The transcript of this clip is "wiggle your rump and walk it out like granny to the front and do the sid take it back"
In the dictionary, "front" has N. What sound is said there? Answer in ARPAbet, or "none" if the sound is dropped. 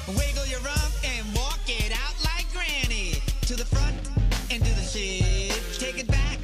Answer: N